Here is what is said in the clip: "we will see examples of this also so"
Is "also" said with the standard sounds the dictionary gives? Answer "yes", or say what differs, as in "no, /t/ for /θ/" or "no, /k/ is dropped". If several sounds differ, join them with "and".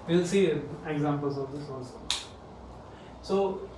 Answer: no, /l/ is dropped